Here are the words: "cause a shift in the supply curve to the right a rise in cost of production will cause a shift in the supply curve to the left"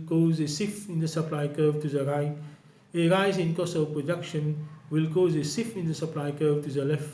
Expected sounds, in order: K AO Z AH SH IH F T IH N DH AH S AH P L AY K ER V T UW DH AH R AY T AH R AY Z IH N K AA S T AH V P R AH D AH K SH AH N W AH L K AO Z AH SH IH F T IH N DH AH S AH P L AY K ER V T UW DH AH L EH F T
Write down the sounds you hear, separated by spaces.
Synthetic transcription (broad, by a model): K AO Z AH S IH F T IH N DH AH S AH P L AY K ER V T UW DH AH R AY T AH R AY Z IH N K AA S AH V P R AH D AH K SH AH N W AH L K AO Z AH S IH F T IH N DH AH S AH P L AY K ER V T UW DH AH L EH F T